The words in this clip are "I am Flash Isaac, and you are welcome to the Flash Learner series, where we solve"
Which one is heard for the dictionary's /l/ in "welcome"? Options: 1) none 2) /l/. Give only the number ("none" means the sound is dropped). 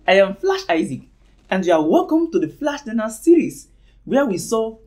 2